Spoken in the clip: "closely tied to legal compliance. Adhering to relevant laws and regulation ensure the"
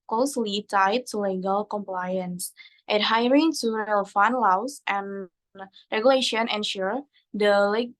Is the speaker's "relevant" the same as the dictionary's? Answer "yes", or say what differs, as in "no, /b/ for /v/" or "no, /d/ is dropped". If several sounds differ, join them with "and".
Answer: no, /f/ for /v/